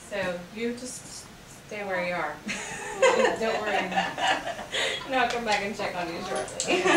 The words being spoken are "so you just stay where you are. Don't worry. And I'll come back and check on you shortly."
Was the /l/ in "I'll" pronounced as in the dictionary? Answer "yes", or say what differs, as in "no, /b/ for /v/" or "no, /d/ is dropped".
no, /n/ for /l/